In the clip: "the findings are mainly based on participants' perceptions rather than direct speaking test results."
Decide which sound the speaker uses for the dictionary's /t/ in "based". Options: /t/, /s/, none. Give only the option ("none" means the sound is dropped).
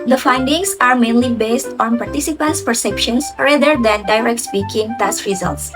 /t/